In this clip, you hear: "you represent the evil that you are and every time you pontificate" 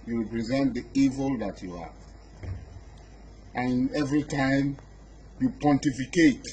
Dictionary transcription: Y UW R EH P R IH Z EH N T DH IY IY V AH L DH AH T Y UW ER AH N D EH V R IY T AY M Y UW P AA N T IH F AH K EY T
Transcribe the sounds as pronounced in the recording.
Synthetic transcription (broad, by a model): Y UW R EH P R IH Z EH N T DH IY IY V AH L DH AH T Y UW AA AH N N EH V R IY T AY M Y UW P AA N T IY F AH K EY T